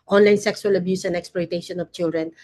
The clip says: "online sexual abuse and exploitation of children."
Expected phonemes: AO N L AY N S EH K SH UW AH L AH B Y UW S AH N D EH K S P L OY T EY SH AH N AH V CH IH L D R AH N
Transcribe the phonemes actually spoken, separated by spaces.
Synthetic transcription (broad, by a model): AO N L AY N S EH K S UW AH L AH B Y UW S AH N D EH K S P L OY T EY SH AH N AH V CH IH L D R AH N